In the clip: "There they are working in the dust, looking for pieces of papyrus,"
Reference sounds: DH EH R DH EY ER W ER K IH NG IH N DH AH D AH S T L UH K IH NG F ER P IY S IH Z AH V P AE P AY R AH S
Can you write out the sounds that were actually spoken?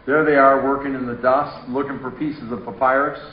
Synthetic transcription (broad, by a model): DH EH R DH EY ER W ER K IH NG IH N DH AH D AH S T L UH K IH NG F ER P IY S IH Z AH V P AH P AY R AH S